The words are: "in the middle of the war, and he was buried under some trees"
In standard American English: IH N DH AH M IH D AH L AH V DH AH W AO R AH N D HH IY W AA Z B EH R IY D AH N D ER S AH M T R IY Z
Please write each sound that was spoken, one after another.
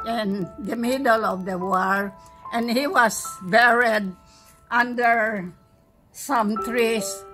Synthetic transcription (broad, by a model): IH N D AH M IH D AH L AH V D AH W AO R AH N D HH IY W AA S B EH R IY D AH N D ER S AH M T R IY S